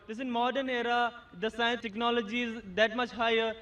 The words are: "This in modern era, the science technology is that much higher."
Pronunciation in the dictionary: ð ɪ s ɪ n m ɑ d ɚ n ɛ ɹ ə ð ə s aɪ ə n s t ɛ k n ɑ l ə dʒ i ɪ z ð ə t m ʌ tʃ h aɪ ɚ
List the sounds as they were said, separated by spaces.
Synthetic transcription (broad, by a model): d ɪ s ɪ n m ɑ d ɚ n ɛ ɹ ə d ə s aɪ ə n s t ɛ k n ɑ l ə dʒ i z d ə t m ʌ tʃ h aɪ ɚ